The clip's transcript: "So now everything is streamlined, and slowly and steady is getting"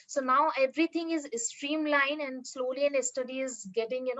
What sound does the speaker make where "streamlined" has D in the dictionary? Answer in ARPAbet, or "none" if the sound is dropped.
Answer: none